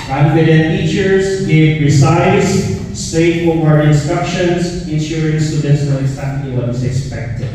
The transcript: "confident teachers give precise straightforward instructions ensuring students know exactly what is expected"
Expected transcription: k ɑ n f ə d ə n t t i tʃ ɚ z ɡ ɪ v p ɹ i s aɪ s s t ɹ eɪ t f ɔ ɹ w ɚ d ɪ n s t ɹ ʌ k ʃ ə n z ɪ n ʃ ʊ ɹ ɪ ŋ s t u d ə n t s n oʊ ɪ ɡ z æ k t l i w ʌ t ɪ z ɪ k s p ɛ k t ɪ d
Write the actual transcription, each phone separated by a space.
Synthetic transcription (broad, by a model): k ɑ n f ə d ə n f i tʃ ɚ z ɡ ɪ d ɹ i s aɪ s s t eɪ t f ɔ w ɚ ɪ n s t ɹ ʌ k ʃ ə n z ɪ n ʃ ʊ ɹ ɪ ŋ s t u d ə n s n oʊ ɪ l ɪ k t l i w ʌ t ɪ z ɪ k s p ɛ k t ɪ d